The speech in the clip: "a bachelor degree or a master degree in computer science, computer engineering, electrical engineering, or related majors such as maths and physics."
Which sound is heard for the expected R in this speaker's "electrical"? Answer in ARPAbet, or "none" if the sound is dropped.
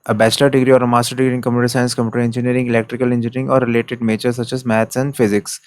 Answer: R